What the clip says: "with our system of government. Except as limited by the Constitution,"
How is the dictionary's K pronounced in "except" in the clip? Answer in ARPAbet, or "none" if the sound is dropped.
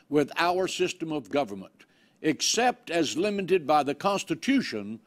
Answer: K